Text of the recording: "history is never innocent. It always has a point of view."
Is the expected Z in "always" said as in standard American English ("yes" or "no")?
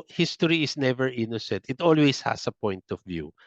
no